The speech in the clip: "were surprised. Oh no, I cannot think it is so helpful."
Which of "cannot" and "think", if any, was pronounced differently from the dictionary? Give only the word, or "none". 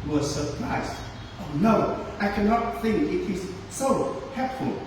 none